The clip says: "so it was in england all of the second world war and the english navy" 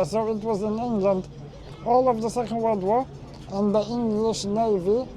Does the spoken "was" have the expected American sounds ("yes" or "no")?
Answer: yes